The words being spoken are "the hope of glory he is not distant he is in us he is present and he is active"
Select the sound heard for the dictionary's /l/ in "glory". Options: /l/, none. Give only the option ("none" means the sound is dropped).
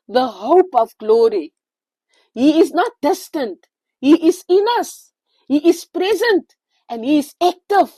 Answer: /l/